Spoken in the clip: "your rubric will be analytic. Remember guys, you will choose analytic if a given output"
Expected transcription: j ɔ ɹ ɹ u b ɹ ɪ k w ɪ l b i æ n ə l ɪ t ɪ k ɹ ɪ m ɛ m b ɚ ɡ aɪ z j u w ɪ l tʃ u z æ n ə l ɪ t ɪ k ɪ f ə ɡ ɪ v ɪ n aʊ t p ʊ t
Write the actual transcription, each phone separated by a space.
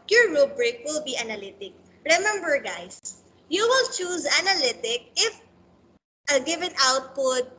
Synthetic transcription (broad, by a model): j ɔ ɹ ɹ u b ɹ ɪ k w ɪ l b i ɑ n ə l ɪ t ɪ k ɹ ɪ m ɛ m b ɚ ɡ aɪ s j u w ɪ l tʃ u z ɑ n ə l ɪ t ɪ k ɪ f ə ɡ ɪ v ɪ n aʊ t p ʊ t